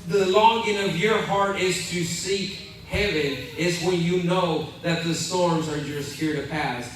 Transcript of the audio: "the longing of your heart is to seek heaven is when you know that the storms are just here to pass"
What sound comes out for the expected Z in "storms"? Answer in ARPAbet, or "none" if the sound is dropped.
Z